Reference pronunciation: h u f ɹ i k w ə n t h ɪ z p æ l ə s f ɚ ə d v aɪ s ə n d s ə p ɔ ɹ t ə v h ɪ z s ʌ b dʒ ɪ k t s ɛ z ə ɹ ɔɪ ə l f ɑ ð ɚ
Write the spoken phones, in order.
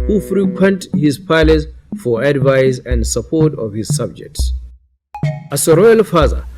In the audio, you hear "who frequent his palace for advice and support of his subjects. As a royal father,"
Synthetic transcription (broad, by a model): h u f ɹ i k w ə n t h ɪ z p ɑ l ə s f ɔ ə d v aɪ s ə n d s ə p ɔ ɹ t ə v h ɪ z s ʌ b dʒ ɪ k t s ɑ s ə ɹ ɔɪ ə l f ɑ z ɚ